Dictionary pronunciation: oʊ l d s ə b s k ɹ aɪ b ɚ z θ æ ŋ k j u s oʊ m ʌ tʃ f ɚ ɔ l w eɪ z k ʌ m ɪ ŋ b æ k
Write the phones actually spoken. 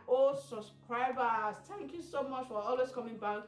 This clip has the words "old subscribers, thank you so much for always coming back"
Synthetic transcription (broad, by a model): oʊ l s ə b s k ɹ aɪ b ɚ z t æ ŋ k j u s oʊ m ʌ tʃ f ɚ ɔ l w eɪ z k ʌ m ɪ ŋ b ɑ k